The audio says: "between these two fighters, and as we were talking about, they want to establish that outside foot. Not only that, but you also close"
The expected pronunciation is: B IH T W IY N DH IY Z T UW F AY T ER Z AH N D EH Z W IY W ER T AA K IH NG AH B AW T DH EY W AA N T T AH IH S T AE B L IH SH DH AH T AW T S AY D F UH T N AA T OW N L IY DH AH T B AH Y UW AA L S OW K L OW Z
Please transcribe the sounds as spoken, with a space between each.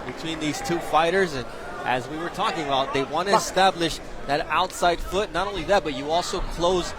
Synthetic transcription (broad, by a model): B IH T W IY N DH IY Z T UW F AY T ER Z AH N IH Z W IY W ER T AA K IH NG AH B AW T DH EY W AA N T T IH S T AE B L IH SH DH AH T AW T S AY D F UH T N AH T OW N L IY DH AH T B AH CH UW AA L S OW K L OW Z